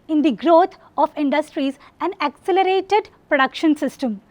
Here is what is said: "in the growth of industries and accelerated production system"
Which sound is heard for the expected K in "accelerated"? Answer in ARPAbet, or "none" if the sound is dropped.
K